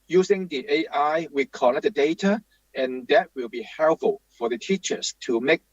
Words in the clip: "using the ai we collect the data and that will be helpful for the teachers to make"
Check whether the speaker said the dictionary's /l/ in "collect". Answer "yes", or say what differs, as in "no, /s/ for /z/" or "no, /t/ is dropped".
no, /n/ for /l/